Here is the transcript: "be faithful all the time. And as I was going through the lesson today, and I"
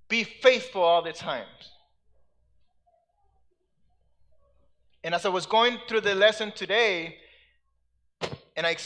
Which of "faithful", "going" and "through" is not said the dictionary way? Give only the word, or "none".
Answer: none